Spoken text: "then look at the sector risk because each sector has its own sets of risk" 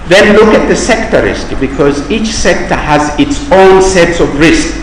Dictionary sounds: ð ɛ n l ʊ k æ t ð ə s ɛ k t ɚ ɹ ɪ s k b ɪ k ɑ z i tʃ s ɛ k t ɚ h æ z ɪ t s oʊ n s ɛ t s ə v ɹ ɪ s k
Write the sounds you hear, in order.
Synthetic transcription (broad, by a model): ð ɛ n l ʊ k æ t ð ə s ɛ k t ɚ ɹ ɪ s k b ɪ k ɑ z i tʃ s ɛ k t ɚ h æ z ɪ t s oʊ n s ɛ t s ə v ɹ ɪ s k